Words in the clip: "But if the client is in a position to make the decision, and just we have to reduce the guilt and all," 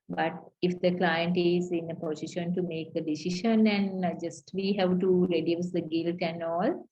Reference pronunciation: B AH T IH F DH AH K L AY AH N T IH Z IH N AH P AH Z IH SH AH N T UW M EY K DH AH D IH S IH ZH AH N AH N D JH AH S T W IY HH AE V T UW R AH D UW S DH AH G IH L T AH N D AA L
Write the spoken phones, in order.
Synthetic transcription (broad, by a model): B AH T IH F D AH K L AY AH N T IH Z IH N AH P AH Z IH SH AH N T UW M EY K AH D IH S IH SH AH N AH N JH AH S T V IY HH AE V T UW R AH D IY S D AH G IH L T AH N D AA L